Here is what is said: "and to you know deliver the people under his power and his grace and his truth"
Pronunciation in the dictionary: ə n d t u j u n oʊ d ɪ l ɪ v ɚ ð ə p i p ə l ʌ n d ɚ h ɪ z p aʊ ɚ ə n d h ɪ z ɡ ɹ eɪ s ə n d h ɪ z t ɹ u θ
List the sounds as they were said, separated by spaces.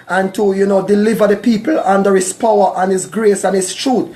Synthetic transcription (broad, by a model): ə n t u j u n oʊ d ɪ l ɪ v ɚ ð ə p i p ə l ʌ n d ɚ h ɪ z p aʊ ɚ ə n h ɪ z ɡ ɹ eɪ s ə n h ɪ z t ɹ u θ